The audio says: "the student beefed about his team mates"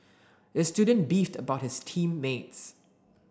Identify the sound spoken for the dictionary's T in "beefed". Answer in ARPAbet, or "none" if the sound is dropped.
T